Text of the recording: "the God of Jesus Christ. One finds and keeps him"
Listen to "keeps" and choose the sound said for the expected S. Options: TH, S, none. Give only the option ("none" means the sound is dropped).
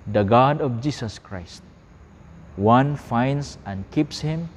S